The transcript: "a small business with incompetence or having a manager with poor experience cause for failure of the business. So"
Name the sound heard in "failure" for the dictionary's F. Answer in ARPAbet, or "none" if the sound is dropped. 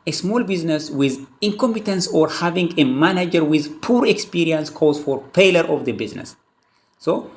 P